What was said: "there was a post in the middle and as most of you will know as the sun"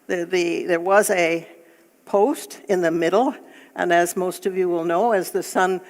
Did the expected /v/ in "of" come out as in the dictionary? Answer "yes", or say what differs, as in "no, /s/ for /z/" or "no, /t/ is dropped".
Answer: yes